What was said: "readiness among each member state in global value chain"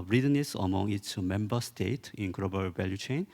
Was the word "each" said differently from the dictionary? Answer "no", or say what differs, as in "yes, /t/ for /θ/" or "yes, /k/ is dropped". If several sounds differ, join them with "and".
yes, /s/ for /tʃ/